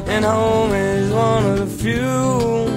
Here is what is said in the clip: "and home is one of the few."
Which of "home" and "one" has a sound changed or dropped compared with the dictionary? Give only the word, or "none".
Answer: none